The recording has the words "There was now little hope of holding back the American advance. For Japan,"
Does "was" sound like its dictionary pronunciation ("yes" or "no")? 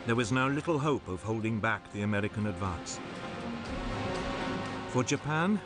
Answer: yes